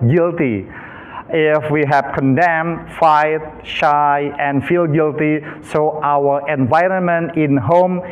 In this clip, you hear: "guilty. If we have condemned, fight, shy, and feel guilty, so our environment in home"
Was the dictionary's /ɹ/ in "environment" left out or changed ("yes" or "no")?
no